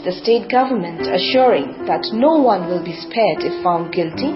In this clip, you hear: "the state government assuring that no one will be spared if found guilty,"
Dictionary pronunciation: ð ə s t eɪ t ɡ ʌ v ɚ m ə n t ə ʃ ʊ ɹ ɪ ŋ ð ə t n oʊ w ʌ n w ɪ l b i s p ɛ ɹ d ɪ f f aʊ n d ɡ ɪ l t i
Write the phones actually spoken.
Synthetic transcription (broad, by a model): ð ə s t eɪ t ɡ ʌ v ɚ m ə n t ə ʃ ʊ ɹ ɪ ŋ ð ə t n oʊ w ʌ n w ɪ l b i s p ɛ ɹ d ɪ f f aʊ n d ɡ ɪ l t i